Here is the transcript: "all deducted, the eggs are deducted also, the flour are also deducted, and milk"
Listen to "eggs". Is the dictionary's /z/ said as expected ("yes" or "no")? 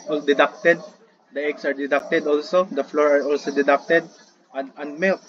no